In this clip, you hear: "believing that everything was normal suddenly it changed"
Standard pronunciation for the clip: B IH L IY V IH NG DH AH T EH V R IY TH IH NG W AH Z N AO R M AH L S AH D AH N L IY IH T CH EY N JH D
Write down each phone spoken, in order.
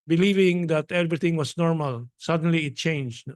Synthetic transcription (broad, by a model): B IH L IY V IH NG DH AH T EH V R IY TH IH NG W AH S N AO R M AH L S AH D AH N L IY IH T CH EY N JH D